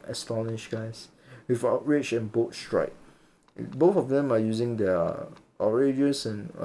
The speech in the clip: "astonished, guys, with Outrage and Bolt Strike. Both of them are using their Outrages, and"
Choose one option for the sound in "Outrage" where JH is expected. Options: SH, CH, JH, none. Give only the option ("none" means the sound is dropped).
CH